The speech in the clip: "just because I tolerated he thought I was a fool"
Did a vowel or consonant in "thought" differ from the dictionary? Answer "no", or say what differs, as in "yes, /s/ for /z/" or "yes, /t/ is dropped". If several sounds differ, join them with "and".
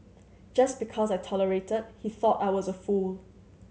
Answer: no